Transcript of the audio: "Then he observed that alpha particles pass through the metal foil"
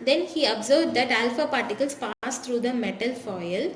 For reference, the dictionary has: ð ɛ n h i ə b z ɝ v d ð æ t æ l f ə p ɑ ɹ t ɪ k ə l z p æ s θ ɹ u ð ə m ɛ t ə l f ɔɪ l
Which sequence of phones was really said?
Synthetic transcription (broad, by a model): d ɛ n h i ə b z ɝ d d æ t æ l f ə p ɑ ɹ t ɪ k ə l s p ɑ s t ɹ u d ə m ɛ t ə l f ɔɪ l